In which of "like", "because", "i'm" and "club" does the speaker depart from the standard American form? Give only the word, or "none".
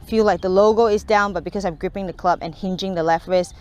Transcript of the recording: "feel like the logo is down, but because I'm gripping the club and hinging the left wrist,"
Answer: because